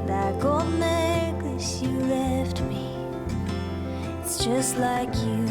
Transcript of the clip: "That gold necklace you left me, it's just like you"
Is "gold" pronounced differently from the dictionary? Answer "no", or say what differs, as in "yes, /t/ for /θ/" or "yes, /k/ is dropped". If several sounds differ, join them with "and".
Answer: yes, /l/ is dropped